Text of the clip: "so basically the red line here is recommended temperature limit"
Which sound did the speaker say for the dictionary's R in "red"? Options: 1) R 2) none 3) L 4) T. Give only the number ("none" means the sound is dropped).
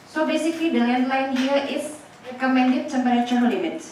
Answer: 3